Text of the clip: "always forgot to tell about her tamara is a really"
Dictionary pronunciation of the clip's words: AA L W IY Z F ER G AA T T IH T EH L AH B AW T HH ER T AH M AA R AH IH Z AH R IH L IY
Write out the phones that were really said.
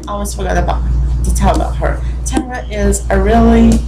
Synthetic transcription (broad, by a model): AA L W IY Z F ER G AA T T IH T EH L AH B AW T HH ER T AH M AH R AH IH Z AH R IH L IY